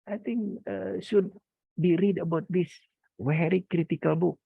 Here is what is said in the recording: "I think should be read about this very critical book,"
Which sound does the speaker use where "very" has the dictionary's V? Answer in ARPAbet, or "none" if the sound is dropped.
W